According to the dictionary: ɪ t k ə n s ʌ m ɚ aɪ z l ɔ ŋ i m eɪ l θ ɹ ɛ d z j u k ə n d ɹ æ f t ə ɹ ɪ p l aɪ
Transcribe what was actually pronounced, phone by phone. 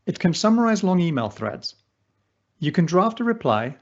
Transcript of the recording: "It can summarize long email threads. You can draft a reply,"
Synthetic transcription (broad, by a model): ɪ t k ə n s ʌ m ɚ aɪ z l ɔ ŋ i m eɪ l θ ɹ ɛ d z j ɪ k ə n d ɹ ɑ f t ə ɹ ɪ p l aɪ